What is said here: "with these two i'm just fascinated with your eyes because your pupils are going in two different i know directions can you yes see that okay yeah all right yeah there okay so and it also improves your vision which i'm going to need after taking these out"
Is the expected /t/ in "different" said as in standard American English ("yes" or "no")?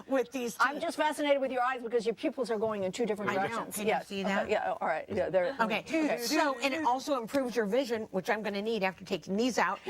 no